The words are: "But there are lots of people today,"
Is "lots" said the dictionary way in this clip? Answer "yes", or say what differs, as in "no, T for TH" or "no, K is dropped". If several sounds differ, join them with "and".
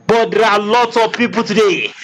no, S is dropped